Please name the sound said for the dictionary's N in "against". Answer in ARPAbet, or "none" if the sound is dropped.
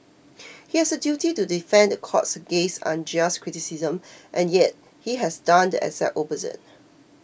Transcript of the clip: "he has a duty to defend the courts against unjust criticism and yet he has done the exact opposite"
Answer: none